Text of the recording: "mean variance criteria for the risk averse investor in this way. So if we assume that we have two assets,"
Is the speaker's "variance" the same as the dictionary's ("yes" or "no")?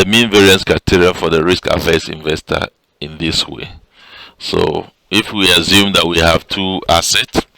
yes